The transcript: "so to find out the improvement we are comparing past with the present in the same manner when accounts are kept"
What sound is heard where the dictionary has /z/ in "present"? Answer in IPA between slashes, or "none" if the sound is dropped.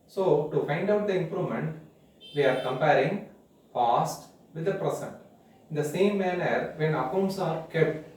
/s/